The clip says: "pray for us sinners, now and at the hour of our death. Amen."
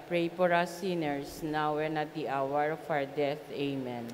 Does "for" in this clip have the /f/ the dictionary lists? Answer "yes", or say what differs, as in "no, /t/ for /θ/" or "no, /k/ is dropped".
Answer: no, /p/ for /f/